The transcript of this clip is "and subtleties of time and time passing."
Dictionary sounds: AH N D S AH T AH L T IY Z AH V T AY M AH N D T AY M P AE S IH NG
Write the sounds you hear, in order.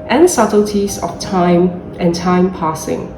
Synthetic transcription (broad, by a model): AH N S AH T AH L T IY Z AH F T AY M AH N T AY M P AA S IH NG